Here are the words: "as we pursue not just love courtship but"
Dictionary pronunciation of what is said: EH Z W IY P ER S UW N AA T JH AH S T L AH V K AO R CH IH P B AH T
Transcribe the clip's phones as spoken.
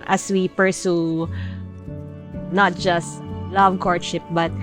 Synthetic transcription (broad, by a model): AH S W IY P ER S UW N AA T JH AH S T L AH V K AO R SH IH P B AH T